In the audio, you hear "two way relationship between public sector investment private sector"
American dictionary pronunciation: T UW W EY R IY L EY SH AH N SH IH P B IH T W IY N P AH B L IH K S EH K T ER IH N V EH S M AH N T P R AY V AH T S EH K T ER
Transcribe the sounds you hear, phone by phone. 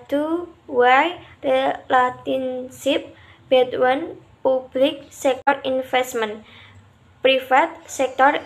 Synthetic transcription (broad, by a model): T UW W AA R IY L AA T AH N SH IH P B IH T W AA N P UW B L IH K S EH K T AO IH N F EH S M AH N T P R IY F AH T S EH K T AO